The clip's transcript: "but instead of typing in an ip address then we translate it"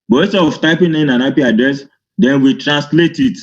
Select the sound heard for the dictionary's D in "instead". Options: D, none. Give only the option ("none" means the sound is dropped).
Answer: none